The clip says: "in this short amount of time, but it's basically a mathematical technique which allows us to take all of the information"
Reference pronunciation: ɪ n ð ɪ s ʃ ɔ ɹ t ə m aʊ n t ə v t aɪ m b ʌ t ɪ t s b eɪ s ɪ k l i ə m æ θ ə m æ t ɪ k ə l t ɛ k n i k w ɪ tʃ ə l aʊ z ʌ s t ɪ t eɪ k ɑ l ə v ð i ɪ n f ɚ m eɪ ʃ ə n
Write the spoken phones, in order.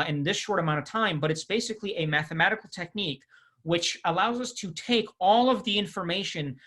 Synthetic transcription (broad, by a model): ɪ n ð ɪ s ʃ ɔ ɹ t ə m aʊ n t ə v t aɪ m b ʌ t ɪ t s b eɪ s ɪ k l i ə m æ θ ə m æ t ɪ k l t ɛ k n i k w ɪ tʃ ə l aʊ z ʌ s t ɪ t eɪ k ɑ l ə v ð i ɪ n f ɚ m eɪ ʃ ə n